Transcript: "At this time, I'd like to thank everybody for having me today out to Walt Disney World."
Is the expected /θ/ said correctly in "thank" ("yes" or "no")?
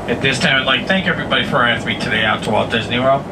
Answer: yes